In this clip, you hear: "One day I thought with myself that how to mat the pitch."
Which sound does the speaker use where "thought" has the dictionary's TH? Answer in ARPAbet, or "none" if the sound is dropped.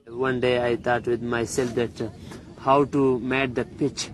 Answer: T